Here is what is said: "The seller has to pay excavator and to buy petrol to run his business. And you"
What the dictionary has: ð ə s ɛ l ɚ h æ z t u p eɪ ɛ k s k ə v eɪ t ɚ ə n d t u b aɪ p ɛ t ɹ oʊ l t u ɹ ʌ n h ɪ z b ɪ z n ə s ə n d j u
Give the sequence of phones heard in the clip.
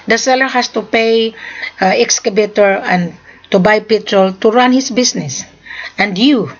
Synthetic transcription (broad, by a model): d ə s ɛ l ɚ h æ s t u p eɪ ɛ k s k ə b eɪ t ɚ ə n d t u b aɪ p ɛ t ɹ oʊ l t u ɹ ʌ n h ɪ s b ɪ s n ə s ə n d j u